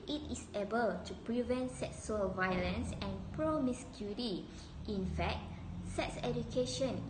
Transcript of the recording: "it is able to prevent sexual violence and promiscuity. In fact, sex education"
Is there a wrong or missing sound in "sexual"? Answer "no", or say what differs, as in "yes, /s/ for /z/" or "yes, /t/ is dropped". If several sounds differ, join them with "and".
yes, /s/ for /ʃ/